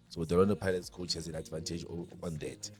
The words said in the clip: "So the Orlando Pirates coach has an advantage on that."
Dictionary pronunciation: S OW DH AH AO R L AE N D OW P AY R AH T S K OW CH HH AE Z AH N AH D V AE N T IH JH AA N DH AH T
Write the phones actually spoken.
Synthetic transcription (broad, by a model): S OW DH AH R AO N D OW P AY L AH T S K OW CH HH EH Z AH N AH D V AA N T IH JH AA N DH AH T